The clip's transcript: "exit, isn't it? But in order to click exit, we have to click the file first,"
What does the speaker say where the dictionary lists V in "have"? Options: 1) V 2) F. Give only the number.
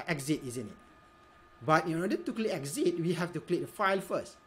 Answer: 2